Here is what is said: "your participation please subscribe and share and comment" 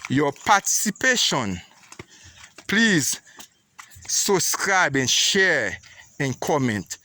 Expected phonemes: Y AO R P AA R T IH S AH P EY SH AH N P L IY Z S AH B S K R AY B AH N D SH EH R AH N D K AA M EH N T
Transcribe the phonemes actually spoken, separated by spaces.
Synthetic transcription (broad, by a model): Y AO P AA T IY S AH P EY SH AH N P L IY Z S AH B S K R AY B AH N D SH EH R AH N K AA M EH N T